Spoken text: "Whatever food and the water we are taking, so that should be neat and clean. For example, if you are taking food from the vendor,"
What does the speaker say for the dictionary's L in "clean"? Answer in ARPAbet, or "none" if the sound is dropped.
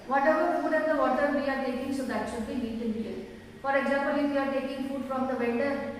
none